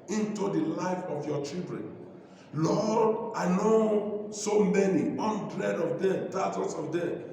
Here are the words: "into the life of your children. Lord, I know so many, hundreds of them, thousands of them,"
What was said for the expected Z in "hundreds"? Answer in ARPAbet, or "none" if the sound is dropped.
none